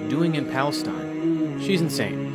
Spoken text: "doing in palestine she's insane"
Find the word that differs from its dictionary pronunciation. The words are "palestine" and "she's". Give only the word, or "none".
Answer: none